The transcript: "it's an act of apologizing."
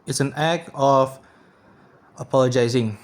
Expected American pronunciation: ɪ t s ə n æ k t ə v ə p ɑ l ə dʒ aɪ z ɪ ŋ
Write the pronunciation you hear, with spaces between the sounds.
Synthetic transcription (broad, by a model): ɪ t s ə n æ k ə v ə p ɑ l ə dʒ aɪ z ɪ ŋ